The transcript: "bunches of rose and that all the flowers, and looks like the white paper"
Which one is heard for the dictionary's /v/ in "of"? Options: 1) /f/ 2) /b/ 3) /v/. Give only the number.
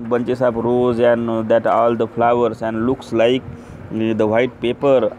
2